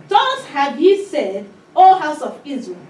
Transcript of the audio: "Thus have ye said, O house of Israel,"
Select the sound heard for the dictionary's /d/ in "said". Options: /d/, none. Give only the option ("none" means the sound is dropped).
/d/